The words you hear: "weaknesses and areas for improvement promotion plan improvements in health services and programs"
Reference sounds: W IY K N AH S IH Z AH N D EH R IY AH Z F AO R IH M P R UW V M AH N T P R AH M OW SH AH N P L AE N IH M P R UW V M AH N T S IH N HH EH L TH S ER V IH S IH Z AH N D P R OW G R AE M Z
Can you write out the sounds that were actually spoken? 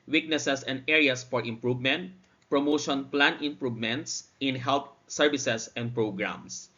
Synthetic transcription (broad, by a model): W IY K N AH S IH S AH N D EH R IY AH S F AO R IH M P R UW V M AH N T P R AH M OW SH AH N P L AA N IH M P R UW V M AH N T S IH N HH EH L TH S ER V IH S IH S AH N D P R OW G R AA M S